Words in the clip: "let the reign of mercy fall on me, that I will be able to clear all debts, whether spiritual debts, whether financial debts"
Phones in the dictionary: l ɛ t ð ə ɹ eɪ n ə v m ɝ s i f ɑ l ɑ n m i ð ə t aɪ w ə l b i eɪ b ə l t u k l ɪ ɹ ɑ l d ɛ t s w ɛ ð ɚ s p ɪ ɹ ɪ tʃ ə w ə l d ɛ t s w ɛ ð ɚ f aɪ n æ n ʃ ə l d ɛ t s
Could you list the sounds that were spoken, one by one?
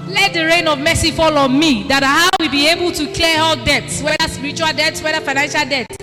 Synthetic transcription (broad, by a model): l ɛ t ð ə ɹ eɪ n ə v m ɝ s i f ɑ l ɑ m i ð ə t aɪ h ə w b i eɪ b ə l t u k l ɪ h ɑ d d ɛ t s w ɛ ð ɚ s p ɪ ɹ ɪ tʃ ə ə l d ɛ t s w ɛ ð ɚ f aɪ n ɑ n ʃ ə l d ɛ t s